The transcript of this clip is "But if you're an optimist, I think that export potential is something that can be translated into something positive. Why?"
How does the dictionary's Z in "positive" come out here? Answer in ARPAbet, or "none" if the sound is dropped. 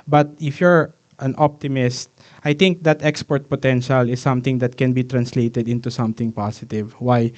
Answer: S